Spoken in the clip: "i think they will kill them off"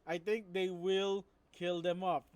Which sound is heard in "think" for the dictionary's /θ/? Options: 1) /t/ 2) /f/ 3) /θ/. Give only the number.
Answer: 1